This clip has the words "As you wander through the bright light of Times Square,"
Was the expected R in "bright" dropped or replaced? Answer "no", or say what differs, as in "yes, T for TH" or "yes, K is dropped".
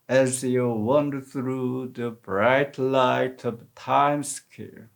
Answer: no